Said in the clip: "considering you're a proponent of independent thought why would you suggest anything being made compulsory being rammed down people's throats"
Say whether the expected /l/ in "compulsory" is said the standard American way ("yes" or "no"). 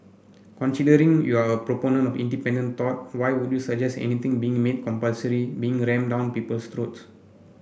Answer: yes